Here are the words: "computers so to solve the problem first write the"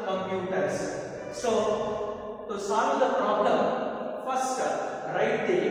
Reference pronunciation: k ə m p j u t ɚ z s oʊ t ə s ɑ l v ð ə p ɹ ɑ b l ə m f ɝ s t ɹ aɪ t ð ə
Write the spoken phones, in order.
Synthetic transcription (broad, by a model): k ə m p j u t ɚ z s oʊ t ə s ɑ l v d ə p ɹ ɑ b l ə m f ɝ s t ɹ aɪ t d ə